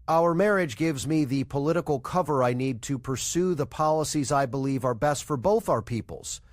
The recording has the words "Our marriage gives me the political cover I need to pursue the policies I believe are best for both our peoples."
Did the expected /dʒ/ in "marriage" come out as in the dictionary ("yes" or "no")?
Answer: yes